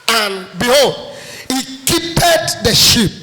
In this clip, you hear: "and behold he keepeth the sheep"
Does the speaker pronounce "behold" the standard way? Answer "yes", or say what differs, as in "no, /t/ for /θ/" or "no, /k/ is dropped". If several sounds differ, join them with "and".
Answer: yes